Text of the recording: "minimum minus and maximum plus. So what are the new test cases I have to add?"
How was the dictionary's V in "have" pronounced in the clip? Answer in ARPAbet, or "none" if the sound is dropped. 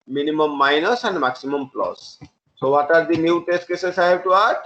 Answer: B